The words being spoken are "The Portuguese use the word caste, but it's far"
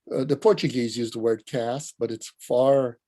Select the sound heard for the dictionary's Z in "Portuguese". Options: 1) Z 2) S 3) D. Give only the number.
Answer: 1